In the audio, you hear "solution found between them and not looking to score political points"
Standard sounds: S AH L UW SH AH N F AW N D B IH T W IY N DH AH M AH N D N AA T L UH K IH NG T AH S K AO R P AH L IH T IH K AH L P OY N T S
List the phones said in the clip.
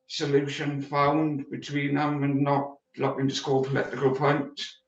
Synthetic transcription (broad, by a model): S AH L UW SH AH N F AW N D B IH T W IY N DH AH M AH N N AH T L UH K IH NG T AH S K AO L P AH L IH T IH K AH L P OY N T